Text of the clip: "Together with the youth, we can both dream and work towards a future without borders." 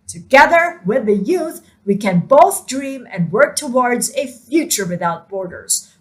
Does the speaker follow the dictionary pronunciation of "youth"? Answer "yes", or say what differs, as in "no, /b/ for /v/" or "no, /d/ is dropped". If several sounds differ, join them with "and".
yes